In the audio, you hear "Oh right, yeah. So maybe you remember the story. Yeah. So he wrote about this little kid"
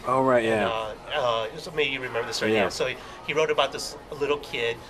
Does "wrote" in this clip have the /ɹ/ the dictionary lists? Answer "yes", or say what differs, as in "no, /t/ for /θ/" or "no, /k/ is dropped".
yes